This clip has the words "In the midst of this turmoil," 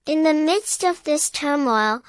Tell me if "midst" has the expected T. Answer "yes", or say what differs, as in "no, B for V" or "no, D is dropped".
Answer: yes